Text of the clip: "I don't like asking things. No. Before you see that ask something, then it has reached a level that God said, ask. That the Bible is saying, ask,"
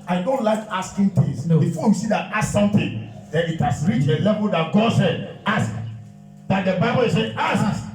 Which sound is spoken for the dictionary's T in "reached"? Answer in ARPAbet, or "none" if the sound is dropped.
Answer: none